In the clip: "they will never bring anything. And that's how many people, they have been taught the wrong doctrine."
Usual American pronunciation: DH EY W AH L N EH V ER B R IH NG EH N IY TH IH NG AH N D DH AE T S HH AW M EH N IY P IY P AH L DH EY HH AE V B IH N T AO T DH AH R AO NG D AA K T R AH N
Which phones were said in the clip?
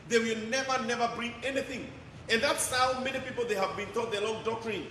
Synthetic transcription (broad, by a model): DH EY W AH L N EH V ER B R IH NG EH N IY TH IH NG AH N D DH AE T S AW M EH N IY P IY P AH L DH EY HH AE V B IH N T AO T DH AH L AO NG D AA K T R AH N